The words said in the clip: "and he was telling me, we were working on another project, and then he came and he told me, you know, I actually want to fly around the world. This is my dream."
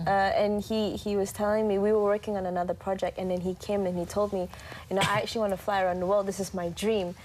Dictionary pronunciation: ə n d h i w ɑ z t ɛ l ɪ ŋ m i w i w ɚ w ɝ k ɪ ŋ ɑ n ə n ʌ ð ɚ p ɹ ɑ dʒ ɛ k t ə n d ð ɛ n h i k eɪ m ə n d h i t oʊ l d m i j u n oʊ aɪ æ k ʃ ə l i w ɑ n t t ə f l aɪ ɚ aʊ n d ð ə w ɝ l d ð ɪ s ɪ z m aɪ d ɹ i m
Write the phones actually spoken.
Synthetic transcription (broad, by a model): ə n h h i w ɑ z t ɛ l ɪ ŋ m i w i w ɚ w ɝ k ɪ ŋ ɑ n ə n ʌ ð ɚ p ɹ ɑ dʒ ɛ k t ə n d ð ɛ n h i k eɪ m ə n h i t oʊ l d m i j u n oʊ aɪ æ k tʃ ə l i w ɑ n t t ə f l aɪ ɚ aʊ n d ð ə w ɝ l d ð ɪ s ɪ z m aɪ d ɹ i m